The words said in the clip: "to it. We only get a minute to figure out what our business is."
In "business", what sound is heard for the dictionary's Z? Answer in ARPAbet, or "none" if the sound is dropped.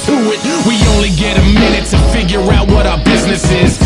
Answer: Z